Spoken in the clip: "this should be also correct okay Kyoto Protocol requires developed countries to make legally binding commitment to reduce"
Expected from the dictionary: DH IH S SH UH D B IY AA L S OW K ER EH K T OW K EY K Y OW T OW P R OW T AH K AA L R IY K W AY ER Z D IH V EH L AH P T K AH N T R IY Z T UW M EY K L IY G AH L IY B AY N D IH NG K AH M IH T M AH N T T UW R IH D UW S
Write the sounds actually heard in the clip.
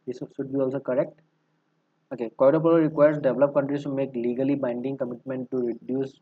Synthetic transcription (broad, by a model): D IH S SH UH D B IY AA L S OW K ER EH K T OW K EY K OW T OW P OW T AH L R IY K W AY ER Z D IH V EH L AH P K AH N T R IY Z T UW M EY K L IY G AH L IY B AY N D IH NG K AH M IH T M AH N T T UW R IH D UW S